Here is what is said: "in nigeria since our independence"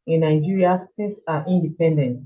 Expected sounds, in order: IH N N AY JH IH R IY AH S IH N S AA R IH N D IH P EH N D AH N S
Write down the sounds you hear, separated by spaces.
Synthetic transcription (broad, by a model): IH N N AY JH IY R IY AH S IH S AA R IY N D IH P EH N D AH N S